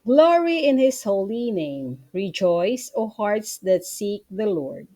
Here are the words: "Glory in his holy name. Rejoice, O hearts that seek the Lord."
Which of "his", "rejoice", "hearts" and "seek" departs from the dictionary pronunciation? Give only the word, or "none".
his